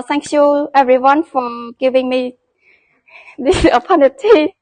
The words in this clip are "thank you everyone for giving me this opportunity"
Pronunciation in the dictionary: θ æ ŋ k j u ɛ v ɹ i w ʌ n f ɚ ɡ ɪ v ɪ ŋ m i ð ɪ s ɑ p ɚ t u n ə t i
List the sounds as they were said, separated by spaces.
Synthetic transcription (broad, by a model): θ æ ŋ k j u ɛ v ɹ i w ʌ n f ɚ ɡ ɪ v ɪ ŋ m i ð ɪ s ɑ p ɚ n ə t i